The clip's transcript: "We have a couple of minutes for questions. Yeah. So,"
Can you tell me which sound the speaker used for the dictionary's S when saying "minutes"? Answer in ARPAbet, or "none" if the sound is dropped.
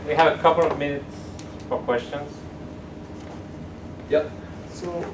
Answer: S